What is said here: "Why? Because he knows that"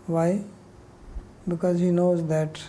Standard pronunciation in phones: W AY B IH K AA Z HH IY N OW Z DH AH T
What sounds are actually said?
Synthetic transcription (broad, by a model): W AY B IH K AA Z HH IY N OW Z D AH T